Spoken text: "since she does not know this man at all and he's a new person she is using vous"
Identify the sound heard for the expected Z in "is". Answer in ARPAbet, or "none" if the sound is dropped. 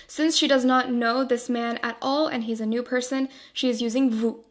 Z